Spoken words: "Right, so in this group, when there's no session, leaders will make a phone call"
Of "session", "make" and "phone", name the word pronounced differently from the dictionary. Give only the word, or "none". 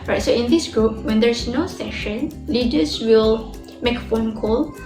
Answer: none